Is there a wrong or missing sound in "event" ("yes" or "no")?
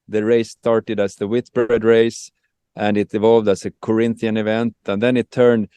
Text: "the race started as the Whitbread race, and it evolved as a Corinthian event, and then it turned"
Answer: no